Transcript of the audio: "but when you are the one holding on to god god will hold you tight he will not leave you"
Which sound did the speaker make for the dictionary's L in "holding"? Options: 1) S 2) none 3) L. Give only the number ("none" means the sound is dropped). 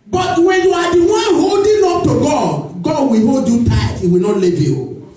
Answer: 2